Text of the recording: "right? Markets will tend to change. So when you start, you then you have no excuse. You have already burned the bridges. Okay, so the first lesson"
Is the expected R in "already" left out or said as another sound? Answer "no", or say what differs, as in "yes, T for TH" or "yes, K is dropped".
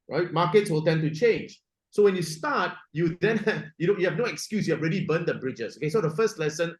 no